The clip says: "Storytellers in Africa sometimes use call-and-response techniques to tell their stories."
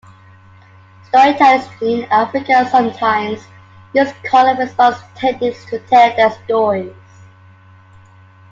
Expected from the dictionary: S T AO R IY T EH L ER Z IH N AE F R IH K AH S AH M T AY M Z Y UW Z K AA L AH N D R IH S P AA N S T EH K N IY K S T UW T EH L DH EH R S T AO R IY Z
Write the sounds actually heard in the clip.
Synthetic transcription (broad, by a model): S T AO R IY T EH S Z IH N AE F R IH K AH S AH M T AY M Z Y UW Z K AA L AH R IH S AA S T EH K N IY S T UW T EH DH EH S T AO R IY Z